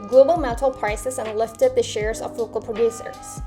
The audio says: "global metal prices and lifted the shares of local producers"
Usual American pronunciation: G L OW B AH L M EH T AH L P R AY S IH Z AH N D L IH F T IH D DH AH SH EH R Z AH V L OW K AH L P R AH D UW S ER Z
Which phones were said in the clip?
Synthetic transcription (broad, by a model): G L OW B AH L M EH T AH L P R AY S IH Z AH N L IH F T IH D DH AH SH EH R Z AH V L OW K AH L P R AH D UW S ER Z